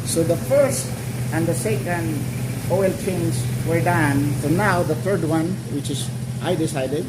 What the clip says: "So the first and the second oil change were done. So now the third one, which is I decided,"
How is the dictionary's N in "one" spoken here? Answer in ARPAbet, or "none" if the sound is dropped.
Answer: N